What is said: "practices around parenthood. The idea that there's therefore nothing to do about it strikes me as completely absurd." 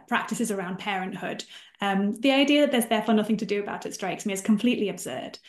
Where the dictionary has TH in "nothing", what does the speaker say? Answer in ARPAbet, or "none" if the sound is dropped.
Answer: TH